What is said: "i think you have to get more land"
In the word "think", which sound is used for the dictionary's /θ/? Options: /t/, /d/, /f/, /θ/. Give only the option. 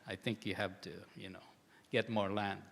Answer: /θ/